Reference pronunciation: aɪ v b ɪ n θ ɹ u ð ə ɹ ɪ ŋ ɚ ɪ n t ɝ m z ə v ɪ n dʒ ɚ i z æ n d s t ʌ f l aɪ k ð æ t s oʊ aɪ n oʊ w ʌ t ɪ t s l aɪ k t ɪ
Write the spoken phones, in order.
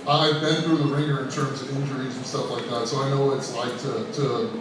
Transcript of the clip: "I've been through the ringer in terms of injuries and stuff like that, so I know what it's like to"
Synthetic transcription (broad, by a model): aɪ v b ɪ n θ ɹ u ð ə ɹ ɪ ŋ ɚ ɪ n t ɝ m z ə v ɪ n dʒ ɚ i z n s t ʌ f l aɪ k ð æ t s oʊ aɪ n oʊ w ʌ t ɪ t s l aɪ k t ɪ